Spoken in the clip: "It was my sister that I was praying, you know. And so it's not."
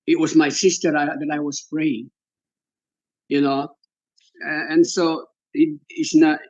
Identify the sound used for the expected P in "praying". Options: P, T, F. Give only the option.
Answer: F